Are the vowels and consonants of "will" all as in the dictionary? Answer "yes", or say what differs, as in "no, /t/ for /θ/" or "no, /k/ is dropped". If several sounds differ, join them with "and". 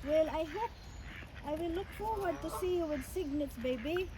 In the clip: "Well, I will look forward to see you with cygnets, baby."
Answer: no, /w/ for /l/